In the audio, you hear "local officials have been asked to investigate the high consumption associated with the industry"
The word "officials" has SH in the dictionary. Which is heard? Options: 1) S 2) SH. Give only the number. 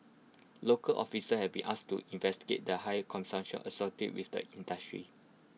1